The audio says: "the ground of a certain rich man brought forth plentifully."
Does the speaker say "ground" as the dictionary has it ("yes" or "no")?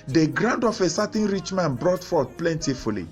yes